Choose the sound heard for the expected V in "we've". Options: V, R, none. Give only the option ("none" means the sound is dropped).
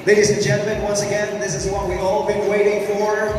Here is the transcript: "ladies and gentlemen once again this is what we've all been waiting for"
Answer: none